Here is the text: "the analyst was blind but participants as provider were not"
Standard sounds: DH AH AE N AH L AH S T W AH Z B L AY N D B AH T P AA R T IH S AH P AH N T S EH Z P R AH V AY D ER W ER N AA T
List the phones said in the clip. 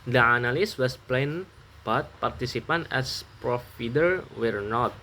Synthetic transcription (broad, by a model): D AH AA N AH L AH S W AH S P L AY N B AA T P AA R T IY S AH P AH N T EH S P R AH F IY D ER W ER N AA T